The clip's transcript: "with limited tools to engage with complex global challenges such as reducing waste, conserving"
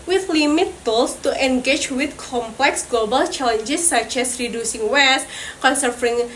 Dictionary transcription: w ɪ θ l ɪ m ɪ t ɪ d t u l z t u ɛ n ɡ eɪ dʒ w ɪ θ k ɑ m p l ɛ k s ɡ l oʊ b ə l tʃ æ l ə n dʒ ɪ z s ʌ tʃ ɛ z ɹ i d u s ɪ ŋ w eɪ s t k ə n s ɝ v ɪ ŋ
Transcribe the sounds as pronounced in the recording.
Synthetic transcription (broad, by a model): w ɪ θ l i m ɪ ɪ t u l s t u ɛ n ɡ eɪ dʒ w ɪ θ k ɑ m p l ɛ k s ɡ l oʊ b ə l tʃ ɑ l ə n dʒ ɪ s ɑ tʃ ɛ s ɹ i d u s ɪ ŋ w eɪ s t k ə n s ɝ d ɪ ŋ